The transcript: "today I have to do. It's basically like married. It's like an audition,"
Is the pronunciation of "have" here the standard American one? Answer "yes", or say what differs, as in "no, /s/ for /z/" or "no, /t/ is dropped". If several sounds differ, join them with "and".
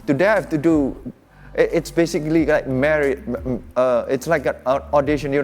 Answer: no, /f/ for /v/